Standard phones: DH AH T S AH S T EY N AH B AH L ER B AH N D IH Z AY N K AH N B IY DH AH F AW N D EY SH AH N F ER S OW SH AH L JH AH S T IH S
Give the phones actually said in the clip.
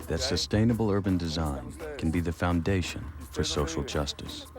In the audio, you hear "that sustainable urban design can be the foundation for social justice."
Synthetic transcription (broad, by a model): DH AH T S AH S T EY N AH B L ER B AH N D IH Z AY N K N B IY DH AH F AW N D EY SH AH N F ER S OW SH L JH AH S T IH S